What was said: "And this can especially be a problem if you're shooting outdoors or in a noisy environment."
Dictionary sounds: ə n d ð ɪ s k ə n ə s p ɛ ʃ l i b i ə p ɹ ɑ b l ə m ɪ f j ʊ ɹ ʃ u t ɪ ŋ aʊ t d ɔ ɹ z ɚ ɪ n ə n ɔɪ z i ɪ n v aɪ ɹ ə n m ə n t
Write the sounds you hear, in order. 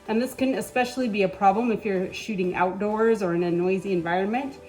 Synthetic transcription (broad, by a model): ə n ð ɪ s k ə n ə s p ɛ ʃ l i b i ə p ɹ ɑ b l ə m ɪ f j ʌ ɹ ʃ u t ɪ ŋ aʊ t d ɔ ɹ z ɚ ɪ n ə n ɔɪ z i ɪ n v aɪ ɹ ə n m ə n t